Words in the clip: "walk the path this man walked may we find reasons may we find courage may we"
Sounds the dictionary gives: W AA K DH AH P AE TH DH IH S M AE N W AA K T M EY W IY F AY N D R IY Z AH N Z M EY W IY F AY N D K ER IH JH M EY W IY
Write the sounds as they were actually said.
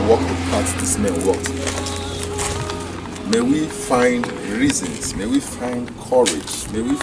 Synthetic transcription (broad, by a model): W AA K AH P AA S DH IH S M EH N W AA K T M EY W IY F AY N D R IY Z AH N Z M EY W IY F AY N D K ER IH JH M EY W IY